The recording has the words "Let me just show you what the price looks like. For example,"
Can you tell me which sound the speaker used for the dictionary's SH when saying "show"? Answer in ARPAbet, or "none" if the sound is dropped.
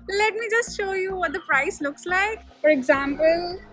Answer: SH